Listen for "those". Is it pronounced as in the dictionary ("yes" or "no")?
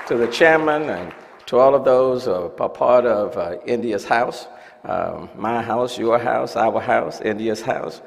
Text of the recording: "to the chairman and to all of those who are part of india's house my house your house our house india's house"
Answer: yes